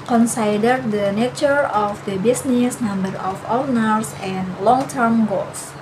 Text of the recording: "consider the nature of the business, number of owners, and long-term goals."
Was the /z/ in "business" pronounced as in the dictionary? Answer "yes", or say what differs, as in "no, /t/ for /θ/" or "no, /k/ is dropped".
no, /s/ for /z/